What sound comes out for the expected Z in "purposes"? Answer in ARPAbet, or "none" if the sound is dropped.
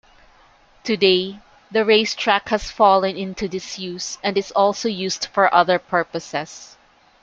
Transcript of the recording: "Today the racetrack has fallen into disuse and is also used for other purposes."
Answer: S